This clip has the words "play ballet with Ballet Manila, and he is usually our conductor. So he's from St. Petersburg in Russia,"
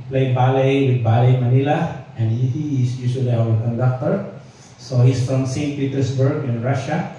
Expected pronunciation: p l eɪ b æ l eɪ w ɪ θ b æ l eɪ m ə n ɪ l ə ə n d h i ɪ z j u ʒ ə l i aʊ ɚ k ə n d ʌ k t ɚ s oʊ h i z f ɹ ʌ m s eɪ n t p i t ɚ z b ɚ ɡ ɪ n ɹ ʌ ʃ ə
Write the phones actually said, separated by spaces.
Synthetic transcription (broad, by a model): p l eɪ b æ l eɪ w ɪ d b æ l eɪ m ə n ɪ l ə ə n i h i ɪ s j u s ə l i aʊ ɚ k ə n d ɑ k t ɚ s oʊ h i s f ɹ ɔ m s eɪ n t p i t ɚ s b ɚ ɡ ɪ n ɹ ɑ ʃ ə